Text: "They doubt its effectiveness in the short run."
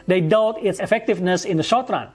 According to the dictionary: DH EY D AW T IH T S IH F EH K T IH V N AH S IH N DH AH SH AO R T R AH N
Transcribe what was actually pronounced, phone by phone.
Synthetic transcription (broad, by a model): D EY D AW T IH T S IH F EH K T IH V N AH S IH N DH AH SH AO R T R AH N